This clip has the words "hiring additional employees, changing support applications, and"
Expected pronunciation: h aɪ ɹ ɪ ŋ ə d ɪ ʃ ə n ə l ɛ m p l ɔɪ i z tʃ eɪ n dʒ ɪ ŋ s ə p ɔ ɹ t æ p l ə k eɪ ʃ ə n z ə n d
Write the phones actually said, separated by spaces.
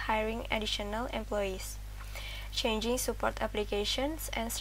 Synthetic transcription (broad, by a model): h aɪ ɹ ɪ ŋ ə d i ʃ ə n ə l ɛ m p l ɔɪ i s tʃ eɪ n dʒ ɪ ŋ s ə p ɔ ɹ t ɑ p l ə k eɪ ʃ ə n s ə n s